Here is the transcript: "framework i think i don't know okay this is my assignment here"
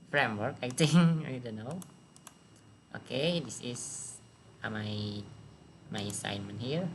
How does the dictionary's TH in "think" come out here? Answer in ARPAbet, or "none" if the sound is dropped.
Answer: T